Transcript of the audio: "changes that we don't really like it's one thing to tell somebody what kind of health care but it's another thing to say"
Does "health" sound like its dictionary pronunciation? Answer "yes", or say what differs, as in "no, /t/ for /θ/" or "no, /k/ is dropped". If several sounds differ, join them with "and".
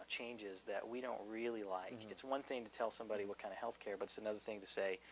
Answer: yes